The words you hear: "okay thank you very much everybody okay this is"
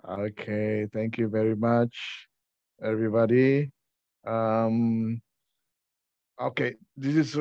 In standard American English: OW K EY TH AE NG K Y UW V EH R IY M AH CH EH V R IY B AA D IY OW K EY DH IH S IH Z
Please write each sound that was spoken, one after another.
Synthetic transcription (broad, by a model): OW K EY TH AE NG K Y UW V EH R IY M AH CH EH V R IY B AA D IY OW K EY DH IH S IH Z